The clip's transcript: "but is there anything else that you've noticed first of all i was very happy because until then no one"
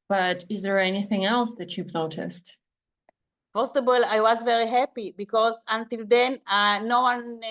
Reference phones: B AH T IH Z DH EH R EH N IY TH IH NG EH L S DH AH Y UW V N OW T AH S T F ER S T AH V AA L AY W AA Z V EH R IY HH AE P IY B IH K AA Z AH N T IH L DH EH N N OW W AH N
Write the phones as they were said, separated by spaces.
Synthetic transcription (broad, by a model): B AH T IH Z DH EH R EH N IY TH IH NG EH L S DH AH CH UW P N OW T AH S T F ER S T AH B AA L AY W AA Z V EH R IY HH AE P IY B IH K AA Z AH N T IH L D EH N N OW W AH N